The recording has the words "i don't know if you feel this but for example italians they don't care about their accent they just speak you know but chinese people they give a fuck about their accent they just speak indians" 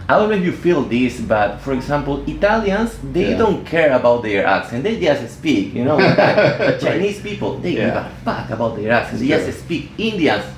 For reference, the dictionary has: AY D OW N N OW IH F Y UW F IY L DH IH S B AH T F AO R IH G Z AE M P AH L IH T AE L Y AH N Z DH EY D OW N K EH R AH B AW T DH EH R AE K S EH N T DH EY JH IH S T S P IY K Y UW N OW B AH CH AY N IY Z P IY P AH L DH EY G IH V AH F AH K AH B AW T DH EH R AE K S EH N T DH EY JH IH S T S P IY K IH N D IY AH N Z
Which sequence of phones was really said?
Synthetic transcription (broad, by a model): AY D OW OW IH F Y UW F IY L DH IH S B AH T F AO R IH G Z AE M P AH L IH T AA L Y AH N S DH EY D OW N K EH R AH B AW T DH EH R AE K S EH N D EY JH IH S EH S P IY K Y UW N OW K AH CH AY N IY S P IY P AH L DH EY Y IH AH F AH K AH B AW T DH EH R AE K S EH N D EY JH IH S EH S P IY K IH N D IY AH N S